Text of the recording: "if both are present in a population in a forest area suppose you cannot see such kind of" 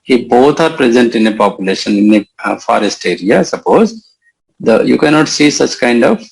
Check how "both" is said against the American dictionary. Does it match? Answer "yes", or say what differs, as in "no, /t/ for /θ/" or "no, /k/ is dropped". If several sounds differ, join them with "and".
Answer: no, /t/ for /θ/